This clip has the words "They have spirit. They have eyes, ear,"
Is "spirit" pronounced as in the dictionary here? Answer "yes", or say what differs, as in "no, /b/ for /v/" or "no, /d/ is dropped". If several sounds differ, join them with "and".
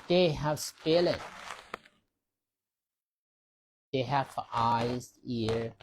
no, /l/ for /ɹ/